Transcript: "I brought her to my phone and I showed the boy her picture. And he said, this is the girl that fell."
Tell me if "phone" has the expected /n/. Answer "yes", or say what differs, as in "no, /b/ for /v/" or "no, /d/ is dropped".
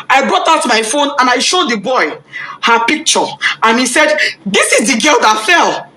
yes